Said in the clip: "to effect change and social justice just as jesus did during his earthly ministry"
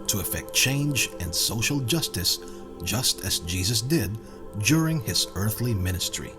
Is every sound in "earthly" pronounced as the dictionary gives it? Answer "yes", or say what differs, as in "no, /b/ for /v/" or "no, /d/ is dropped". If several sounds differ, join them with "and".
yes